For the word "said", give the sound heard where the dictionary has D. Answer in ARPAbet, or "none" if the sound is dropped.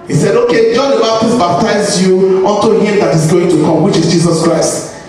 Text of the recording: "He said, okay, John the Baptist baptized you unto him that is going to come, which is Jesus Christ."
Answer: D